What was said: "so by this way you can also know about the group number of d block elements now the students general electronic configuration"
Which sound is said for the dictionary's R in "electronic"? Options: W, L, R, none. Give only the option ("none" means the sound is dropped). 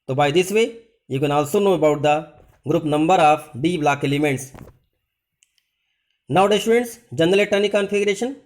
none